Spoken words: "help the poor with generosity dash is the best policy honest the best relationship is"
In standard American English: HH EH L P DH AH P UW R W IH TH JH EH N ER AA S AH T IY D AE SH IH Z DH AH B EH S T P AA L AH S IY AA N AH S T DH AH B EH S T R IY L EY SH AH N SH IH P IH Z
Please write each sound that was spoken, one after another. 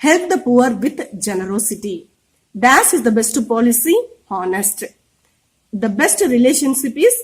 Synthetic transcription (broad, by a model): HH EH L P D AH P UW R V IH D JH EH N ER AA S AH T IY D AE S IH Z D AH B EH S T P AA L AH S IY AA N AH S T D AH B EH S T R IY L EY SH AH N SH IH P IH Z